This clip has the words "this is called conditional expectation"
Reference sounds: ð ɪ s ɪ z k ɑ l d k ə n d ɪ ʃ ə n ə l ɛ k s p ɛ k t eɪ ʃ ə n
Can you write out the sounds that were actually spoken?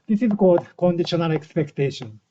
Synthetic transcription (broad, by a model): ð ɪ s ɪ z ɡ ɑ d k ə n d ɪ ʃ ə n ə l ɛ k s p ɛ k t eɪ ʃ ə n